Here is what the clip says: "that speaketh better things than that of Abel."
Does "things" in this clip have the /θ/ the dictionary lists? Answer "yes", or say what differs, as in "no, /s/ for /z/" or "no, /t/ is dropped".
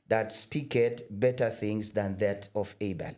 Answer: yes